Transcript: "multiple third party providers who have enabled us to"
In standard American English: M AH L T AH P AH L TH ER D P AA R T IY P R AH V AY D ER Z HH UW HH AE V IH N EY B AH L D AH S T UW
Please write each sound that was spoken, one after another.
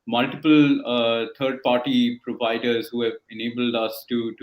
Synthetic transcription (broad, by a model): M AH L T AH P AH L T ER D P AA R T IY P R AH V AY D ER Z HH UW HH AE V IH N EY B AH L D AH S T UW